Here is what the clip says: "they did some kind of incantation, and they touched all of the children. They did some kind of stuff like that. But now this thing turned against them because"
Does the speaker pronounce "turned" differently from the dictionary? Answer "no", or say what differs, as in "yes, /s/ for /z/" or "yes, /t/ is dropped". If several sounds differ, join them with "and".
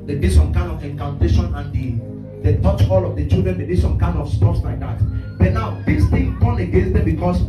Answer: yes, /d/ is dropped